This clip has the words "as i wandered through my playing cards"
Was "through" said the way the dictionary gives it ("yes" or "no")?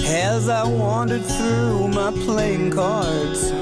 yes